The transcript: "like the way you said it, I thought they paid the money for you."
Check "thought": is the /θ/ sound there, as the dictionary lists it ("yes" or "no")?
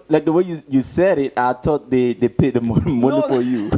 no